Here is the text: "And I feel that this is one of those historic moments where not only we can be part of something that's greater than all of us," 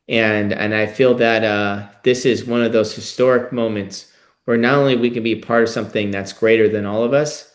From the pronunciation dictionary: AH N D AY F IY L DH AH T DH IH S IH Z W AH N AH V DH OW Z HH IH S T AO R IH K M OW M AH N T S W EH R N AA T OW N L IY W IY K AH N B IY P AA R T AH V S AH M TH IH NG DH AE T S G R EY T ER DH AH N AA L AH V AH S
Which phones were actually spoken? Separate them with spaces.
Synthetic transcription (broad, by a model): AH N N AY F IY L DH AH T DH IH S IH Z W AH N AH V DH OW Z HH IH S T AO R IH K M OW M AH N T S W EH R N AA T OW N L IY W IY K AH N B IY P AA R T AH V S AH M TH IH NG DH AE T S G R EY T ER DH AH N AA L AH V AH S